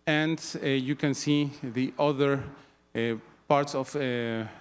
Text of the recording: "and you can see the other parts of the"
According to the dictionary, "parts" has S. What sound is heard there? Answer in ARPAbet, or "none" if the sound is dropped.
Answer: S